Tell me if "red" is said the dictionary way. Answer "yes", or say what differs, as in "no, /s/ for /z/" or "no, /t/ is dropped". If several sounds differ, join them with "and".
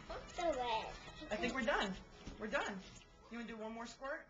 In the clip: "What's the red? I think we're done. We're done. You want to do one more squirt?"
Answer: no, /d/ is dropped